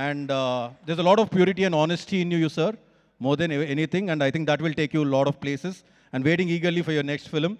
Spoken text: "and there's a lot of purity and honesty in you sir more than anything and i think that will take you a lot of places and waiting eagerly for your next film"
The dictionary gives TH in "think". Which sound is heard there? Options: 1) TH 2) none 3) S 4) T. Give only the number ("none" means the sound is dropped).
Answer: 4